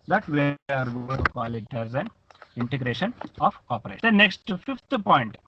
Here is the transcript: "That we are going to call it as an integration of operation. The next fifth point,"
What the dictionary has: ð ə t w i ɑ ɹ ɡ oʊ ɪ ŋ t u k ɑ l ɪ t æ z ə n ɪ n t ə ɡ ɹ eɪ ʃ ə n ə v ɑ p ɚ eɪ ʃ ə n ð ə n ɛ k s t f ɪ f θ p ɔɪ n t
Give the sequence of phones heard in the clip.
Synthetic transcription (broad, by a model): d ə t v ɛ ɑ ɹ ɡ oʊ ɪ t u k ɑ l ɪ t æ z ə n ɪ n t ə ɡ ɹ eɪ ʃ ə n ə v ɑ p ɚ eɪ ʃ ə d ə n ɛ k s t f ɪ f t p ɔɪ n t